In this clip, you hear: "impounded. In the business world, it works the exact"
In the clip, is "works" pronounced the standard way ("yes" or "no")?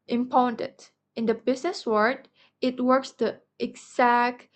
yes